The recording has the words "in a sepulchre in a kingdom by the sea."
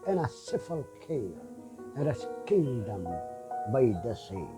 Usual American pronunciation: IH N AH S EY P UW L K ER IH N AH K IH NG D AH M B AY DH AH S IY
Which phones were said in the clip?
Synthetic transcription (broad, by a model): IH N AH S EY F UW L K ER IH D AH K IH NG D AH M B AY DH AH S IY